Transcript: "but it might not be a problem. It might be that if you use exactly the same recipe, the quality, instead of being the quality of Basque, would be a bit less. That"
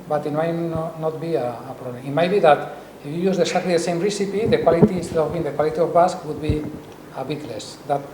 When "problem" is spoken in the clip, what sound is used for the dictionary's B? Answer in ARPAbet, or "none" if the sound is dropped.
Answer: none